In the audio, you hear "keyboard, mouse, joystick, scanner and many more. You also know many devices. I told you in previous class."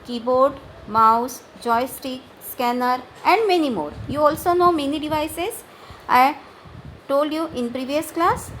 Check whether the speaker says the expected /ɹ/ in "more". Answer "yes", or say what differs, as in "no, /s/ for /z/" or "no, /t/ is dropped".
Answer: yes